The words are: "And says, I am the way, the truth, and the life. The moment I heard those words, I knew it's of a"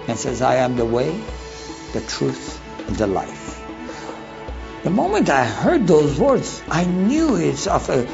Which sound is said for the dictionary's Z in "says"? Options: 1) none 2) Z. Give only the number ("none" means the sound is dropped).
2